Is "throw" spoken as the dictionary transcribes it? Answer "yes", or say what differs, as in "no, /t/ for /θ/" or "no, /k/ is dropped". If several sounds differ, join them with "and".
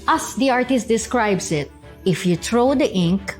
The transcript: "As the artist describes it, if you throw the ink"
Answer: no, /t/ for /θ/